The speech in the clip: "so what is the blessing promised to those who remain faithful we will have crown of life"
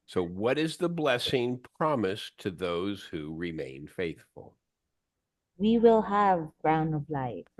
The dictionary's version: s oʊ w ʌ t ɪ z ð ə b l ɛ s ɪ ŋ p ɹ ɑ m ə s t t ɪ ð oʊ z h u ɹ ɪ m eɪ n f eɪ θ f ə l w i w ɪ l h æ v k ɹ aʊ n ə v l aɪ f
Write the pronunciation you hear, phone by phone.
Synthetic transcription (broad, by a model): s oʊ w ʌ t ɪ z ð ə b l ɛ s ɪ ŋ p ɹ ɑ m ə s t t ɪ ð oʊ z h u ɹ ɪ m eɪ n f eɪ θ f ə l w i w ɪ l h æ v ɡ ɹ aʊ n ə v l aɪ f